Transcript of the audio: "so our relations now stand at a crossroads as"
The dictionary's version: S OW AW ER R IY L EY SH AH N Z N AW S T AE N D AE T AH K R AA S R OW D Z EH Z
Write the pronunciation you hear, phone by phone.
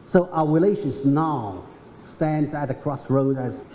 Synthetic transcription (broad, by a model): S OW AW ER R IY L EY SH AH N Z N AW S T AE N D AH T AH K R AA S R OW D AH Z